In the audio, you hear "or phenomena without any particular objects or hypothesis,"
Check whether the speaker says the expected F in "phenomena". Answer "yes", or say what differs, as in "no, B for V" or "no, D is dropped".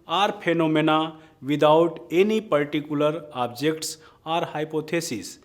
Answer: no, P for F